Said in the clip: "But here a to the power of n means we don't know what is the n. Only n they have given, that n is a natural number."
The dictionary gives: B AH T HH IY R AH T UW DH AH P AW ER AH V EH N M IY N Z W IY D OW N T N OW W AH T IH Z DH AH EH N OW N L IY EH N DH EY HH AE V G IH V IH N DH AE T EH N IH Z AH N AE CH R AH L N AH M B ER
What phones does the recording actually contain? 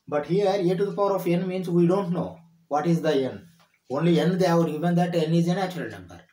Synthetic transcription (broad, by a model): B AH T HH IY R AH T UW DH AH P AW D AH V EH N M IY N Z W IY D OW N T N OW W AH T IH Z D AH EH N OW N L IY EH N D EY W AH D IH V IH N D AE T EH N IH Z AH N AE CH AH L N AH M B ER